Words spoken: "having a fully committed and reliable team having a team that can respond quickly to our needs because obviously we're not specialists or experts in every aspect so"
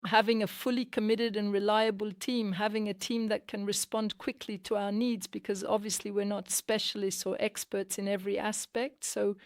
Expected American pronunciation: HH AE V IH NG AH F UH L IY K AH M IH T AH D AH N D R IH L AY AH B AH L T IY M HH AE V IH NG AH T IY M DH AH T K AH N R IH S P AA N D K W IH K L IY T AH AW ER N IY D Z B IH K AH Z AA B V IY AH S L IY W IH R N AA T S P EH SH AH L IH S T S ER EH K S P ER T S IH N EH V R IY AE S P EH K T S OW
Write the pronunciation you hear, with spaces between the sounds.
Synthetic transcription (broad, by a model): HH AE V IH NG AH F UH L IY K AH M IH T AH D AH N R IH L AY AH B AH L T IY M HH AE V IH NG AH T IY M DH AH T K AH N R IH S P AA N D K W IH K L IY T AH AW ER N IY D Z B IH K AH Z AA B V IY AH S L IY W IH R N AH T S P EH SH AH L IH S T S ER EH K S P ER T S IH N EH V R IY AE S P EH K T S OW